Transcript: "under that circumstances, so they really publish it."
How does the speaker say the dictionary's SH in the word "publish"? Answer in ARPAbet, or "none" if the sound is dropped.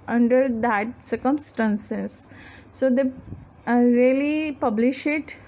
SH